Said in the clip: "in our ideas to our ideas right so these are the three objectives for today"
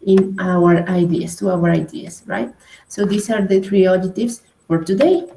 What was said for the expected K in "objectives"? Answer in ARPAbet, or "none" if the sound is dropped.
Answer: none